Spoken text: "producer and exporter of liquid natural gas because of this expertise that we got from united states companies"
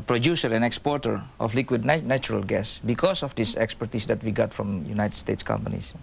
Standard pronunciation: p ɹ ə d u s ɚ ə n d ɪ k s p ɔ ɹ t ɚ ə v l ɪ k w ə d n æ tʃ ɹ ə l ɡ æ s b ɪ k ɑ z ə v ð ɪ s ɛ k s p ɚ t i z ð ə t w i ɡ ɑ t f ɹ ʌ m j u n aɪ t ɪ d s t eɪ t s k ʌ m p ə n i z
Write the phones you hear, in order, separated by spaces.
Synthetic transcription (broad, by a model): p ɹ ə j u s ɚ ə n ɪ k s p ɔ ɹ t ɚ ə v l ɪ k w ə d n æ tʃ ɹ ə l ɡ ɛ s b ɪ k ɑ s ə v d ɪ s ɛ k s p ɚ t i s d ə t w i ɡ ɑ t f ɹ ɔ m j u n aɪ t ɪ d s t eɪ t s k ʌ m p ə n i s